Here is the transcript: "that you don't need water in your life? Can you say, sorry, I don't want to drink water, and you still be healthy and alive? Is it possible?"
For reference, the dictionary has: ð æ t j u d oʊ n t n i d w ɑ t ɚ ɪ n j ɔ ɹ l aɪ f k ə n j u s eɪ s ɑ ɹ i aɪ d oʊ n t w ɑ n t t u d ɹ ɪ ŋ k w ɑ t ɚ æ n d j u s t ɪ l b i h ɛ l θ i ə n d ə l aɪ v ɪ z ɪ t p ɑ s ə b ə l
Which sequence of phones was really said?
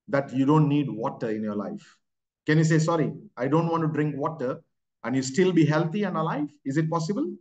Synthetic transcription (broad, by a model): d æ t j u d oʊ n t n i d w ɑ t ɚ ɪ n j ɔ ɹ l aɪ f k ə n j u s eɪ s ɑ ɹ i aɪ d oʊ n t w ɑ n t t u d ɹ ɪ ŋ k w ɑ t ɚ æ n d j u s t ɪ l b i h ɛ l t i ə n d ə l aɪ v ɪ z ɪ t p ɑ s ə b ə l